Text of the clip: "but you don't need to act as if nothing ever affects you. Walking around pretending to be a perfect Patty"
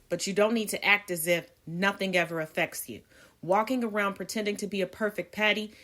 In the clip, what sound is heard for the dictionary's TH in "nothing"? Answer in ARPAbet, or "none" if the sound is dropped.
TH